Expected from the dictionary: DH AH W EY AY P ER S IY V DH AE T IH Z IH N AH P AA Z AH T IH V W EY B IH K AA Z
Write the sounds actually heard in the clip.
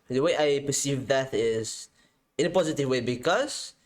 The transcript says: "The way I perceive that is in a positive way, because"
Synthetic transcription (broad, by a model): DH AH W EY AY P ER S IY V DH AE T IH Z IH N AH P AA Z AH T IH V W EY B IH K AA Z